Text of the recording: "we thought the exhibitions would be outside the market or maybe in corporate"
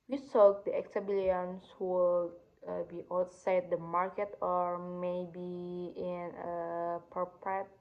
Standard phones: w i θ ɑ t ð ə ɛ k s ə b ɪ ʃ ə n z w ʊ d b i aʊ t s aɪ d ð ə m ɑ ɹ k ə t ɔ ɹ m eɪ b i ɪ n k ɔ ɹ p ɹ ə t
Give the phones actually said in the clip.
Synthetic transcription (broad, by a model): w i s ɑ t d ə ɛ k s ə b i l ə n s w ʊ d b i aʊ t s aɪ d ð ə m ɑ ɹ k ə t ɔ ɹ m eɪ b i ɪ n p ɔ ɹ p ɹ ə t